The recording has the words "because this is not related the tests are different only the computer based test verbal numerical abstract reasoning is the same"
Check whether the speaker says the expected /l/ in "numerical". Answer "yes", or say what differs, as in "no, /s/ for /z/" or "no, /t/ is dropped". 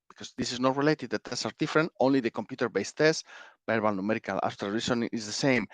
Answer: yes